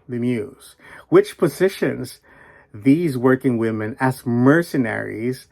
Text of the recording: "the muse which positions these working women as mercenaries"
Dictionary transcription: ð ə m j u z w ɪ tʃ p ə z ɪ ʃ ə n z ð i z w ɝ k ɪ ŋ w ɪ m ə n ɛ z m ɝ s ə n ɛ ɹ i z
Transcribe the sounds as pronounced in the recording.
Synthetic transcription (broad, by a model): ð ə m j u z w ɪ tʃ p ə z ɪ ʃ ə n z ð i z w ɝ k ɪ ŋ w ɪ m ə n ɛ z m ɝ s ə n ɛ ɹ i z